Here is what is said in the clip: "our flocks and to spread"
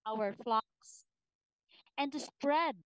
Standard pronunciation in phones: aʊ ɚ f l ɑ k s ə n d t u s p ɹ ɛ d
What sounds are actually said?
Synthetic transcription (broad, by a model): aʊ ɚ f l ɑ k s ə n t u s p ɹ ɛ d